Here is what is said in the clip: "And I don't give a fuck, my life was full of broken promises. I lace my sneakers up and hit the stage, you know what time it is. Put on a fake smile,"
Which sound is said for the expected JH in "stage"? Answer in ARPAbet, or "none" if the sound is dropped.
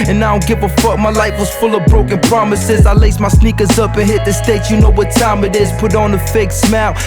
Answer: CH